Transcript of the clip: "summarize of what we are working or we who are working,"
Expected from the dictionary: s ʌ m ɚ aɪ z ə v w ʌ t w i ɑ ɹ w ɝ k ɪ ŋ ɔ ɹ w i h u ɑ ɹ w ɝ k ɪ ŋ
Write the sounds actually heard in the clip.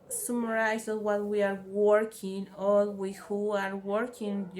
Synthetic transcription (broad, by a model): s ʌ m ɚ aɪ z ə w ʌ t w i ɑ ɹ w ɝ k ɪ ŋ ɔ l w i h u ɑ ɹ w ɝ k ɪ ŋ